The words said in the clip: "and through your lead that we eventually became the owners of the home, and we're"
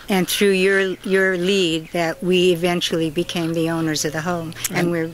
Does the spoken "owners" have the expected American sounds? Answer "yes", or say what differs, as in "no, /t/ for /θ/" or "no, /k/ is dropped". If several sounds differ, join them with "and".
yes